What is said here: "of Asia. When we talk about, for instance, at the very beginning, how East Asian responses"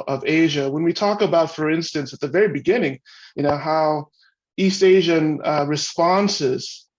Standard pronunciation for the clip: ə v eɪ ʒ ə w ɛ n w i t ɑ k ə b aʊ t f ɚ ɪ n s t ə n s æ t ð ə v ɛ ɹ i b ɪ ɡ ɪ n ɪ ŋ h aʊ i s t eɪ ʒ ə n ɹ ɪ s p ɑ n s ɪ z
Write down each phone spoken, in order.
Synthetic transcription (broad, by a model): ə v eɪ ʒ ə w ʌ n w i t ɑ k ə b aʊ t f ɚ ɪ n s t ə n s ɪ t ð ə v ɛ ɹ i b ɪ ɡ ɪ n ɪ ŋ h aʊ i s t eɪ ʒ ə n ɹ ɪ s p ɑ n s ɪ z